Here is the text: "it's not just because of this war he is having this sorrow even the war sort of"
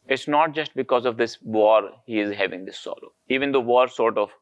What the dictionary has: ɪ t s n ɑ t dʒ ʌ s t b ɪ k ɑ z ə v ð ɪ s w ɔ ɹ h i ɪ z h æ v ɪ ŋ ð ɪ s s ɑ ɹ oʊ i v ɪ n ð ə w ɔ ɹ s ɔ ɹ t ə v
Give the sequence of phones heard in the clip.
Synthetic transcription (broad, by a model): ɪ t s n ɑ t dʒ ʌ s t b ɪ k ɑ z ə v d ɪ s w ɔ ɹ h i ɪ z h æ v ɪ ŋ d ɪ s s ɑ l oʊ i v ɪ n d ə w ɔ ɹ s ɔ ɹ t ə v